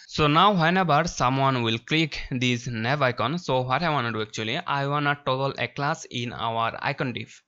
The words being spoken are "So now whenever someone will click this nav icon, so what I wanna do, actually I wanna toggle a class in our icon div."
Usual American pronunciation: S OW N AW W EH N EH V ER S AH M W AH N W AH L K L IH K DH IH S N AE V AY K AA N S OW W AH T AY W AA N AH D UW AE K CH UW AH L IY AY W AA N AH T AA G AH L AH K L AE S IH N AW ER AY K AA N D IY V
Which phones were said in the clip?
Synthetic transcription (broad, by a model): S OW N AW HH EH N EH B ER S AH M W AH N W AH L K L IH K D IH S N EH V AY K AA N S OW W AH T AY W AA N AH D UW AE K CH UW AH L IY AY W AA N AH T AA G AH L AH K L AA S IH N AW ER AY K AA N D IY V